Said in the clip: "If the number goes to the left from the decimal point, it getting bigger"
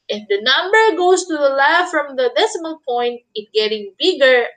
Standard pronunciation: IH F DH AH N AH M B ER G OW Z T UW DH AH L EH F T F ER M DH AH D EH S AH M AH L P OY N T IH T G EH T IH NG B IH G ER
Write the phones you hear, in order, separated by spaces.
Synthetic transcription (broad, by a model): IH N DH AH N AH M B ER G OW S T UW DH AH L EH F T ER M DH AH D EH S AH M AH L P OY N T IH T G EH T IH NG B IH G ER